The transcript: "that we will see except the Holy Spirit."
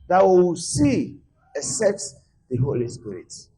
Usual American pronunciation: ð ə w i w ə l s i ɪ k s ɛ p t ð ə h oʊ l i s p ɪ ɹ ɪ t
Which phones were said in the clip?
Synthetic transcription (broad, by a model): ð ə w i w s i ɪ s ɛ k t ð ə h oʊ l i s p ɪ ɹ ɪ t